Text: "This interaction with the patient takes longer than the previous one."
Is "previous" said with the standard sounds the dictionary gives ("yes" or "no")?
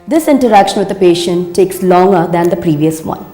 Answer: yes